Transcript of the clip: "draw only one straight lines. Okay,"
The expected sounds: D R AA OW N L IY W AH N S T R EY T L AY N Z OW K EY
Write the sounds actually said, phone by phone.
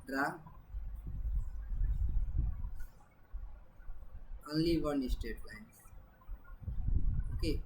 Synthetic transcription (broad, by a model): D R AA OW N L IY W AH N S T EY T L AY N OW K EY